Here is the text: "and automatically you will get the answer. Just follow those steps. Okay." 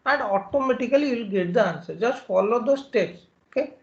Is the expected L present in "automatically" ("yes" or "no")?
no